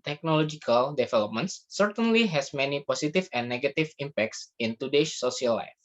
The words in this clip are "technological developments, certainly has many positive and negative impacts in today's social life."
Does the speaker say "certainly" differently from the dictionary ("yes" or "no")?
no